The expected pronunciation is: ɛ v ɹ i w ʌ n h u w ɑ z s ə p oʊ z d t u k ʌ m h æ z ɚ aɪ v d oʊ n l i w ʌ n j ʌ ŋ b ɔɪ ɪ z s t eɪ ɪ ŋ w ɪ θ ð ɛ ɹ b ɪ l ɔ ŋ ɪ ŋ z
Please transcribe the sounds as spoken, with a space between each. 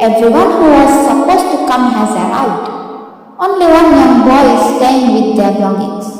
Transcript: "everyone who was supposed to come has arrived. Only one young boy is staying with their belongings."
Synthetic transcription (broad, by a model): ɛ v ɹ i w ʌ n h u w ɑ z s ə p oʊ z t u k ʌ m h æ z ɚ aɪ w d oʊ n l i w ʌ n j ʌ ŋ b ɔɪ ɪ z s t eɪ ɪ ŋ w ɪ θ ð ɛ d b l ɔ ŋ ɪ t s